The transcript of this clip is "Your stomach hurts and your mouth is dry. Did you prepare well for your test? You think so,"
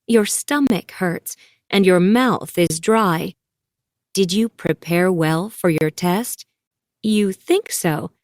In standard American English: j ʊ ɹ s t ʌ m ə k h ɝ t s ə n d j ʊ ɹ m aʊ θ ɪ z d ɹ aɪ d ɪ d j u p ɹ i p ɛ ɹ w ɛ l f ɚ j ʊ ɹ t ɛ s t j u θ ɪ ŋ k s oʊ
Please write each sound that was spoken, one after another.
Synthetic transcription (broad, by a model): j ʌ ɹ s t ʌ m ə k h ɝ t s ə n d j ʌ ɹ m aʊ θ ɪ z d ɹ aɪ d ɪ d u p ɹ i p ɛ ɹ w ɛ l f ɚ j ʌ ɹ t ɛ s t j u θ ɪ ŋ k s oʊ